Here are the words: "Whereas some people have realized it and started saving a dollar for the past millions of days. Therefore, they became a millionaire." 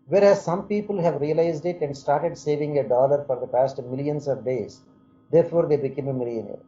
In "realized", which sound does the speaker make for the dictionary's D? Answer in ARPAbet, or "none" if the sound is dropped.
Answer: D